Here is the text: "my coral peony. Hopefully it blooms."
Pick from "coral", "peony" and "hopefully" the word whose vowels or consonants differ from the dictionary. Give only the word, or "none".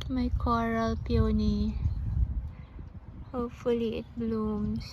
none